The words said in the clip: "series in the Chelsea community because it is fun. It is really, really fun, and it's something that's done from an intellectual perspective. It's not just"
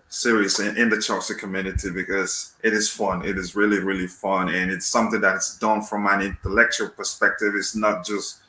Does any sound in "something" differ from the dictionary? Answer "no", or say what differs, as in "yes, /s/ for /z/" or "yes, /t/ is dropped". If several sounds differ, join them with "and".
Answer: no